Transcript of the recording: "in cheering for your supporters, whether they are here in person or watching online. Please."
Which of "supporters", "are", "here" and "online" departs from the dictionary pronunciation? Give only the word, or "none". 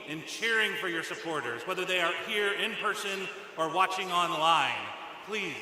none